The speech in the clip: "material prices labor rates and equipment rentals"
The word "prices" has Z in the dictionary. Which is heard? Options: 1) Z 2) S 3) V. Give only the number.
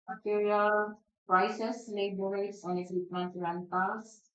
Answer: 2